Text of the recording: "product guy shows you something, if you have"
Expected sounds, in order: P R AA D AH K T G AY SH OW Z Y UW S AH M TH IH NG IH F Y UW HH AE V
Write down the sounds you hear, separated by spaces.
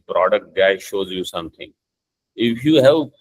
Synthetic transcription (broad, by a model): P R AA D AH K T G AY SH OW Z Y UW S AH M T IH NG IH F Y UW HH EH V